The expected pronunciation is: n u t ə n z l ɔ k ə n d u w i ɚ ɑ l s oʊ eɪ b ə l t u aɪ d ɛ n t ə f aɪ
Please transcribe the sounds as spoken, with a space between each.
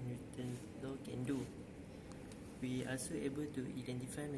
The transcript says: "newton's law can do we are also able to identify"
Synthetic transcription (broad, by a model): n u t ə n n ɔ k ə n d u w i ɑ s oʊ eɪ b ə l t u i d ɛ n t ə f aɪ